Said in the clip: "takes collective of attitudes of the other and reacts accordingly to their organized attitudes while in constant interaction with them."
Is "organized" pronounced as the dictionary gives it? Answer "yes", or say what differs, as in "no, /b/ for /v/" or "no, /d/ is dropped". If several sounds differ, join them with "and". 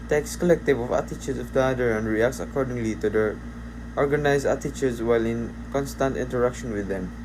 no, /d/ is dropped